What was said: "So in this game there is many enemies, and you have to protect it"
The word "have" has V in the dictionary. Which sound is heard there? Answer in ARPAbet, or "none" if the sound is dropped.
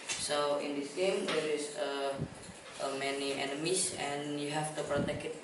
F